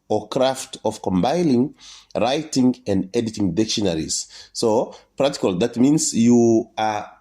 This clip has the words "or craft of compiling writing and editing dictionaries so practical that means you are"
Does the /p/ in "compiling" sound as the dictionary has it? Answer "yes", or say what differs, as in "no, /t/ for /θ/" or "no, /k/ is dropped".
no, /b/ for /p/